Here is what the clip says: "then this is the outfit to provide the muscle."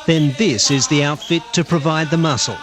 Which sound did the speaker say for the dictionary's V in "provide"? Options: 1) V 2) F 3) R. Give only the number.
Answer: 1